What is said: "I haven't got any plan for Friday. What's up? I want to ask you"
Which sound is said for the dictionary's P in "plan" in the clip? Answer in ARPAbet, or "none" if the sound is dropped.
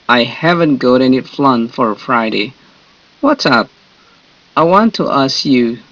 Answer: F